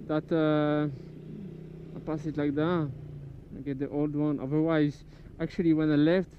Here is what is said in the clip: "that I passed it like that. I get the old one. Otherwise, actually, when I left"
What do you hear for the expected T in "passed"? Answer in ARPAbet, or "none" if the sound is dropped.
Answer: none